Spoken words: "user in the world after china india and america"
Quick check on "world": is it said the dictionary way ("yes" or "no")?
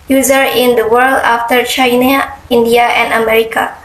yes